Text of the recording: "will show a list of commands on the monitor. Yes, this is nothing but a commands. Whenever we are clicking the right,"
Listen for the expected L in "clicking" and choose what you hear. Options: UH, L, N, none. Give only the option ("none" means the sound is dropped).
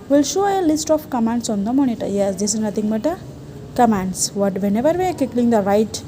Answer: none